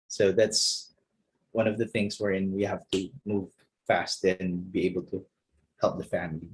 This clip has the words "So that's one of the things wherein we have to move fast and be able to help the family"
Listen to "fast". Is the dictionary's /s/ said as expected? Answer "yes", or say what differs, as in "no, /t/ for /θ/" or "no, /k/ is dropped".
yes